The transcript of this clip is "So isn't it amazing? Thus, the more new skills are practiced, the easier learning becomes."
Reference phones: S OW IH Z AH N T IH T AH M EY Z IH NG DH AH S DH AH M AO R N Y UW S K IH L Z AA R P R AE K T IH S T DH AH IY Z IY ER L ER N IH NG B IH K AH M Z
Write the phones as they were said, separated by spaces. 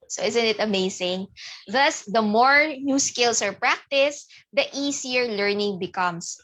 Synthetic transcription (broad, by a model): S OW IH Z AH N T IH T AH M EY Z IH NG DH AH S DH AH M AO R N Y UW S K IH L S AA R P R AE K T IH S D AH IY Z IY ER L ER N IH NG B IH K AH M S